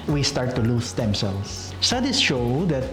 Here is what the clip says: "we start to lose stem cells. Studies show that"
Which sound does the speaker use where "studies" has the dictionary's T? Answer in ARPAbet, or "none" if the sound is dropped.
S